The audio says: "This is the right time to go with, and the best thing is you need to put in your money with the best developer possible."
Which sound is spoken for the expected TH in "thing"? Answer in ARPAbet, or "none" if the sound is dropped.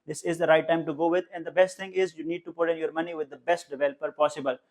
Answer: T